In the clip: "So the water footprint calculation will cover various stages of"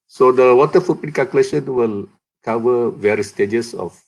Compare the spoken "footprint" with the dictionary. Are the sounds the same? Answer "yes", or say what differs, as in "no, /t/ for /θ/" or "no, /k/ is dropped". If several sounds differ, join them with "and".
no, /ɹ/ is dropped